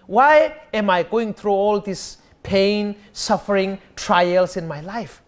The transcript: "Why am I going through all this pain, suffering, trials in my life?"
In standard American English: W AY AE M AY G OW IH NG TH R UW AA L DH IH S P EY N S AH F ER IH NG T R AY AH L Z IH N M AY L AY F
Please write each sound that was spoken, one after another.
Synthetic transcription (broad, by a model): W AY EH M AY G OW IH NG T R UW AA L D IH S P EY N S AH F ER IH NG T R AY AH L S IH N M AY L AY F